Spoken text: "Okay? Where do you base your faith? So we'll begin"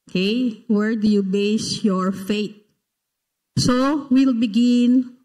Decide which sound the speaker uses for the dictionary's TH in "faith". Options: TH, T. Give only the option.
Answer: T